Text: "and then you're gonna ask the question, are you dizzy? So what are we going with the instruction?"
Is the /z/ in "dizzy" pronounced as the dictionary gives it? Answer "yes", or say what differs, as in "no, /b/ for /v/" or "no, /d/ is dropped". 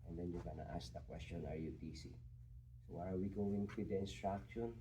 no, /s/ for /z/